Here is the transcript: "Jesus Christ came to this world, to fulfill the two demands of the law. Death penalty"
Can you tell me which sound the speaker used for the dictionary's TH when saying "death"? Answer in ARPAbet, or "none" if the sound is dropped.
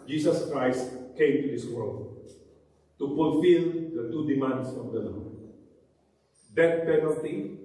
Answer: T